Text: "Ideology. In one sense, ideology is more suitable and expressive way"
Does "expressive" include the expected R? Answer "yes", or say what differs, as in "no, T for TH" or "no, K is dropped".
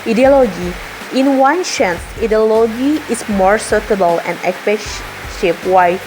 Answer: no, R is dropped